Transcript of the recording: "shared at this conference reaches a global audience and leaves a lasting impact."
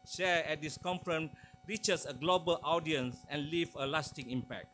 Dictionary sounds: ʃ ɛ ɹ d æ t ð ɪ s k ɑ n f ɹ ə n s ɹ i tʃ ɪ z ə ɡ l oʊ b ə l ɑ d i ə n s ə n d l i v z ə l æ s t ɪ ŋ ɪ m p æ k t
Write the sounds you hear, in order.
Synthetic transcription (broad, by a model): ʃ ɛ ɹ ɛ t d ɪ s k ɑ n f ɹ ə n ɹ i tʃ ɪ s ə ɡ l oʊ b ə l ɑ d i ə n s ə n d l i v ə l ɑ s t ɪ ŋ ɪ m p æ k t